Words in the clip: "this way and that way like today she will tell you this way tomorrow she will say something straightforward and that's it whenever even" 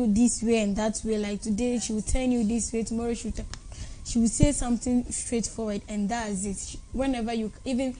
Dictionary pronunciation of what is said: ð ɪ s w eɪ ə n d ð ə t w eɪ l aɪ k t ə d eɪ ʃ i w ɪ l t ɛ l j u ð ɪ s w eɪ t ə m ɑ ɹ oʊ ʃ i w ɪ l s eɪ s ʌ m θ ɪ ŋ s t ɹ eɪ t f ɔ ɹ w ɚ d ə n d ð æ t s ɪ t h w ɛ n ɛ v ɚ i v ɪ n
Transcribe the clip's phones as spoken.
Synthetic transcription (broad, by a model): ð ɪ s w eɪ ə n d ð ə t w eɪ l aɪ k t ə d eɪ ʃ i w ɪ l t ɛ n j u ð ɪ s w eɪ t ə m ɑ ɹ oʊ ʃ i w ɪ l s eɪ s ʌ m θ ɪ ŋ s t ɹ eɪ t f ɔ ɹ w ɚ d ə n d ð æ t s ɪ t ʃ w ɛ n ɛ v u i v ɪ n